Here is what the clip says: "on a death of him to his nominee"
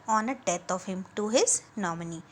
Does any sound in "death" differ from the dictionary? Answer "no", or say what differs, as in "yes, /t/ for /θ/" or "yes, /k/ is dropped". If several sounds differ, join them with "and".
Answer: yes, /t/ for /θ/